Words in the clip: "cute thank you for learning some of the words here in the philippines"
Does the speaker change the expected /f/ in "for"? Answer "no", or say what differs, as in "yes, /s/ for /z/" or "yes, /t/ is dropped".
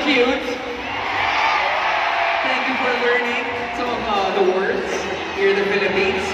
no